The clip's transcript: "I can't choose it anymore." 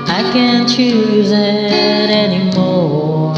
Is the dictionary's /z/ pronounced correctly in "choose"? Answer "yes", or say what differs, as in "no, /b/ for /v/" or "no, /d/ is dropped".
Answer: yes